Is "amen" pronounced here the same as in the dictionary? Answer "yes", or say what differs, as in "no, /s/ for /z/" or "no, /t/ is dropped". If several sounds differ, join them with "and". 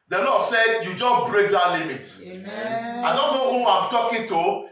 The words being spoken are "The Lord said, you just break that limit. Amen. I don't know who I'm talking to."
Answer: no, /m/ is dropped